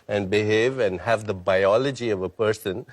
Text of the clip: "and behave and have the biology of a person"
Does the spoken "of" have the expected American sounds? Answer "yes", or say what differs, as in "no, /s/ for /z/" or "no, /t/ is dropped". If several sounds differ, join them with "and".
yes